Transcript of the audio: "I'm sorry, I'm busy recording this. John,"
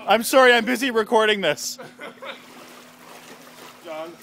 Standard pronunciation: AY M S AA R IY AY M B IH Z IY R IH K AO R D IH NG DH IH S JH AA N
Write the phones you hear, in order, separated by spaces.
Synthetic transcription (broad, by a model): AY M S AA R IY AY M B IH Z IY R IH K AO R D IH NG DH IH S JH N